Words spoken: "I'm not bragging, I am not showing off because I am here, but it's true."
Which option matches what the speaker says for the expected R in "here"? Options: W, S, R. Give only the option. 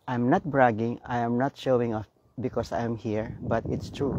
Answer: R